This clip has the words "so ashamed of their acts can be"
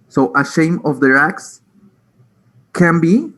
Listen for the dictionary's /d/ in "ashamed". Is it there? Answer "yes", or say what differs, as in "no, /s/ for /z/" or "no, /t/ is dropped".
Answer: no, /d/ is dropped